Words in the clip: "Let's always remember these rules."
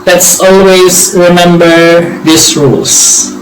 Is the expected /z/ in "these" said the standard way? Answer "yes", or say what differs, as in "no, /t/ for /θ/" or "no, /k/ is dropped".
no, /s/ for /z/